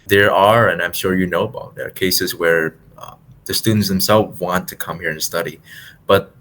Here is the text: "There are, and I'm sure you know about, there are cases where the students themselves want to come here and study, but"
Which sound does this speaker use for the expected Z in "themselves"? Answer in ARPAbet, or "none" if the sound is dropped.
none